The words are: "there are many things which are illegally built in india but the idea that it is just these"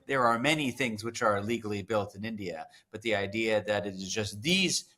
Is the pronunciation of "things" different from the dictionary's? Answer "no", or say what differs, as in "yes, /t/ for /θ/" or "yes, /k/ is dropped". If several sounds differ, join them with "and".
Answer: no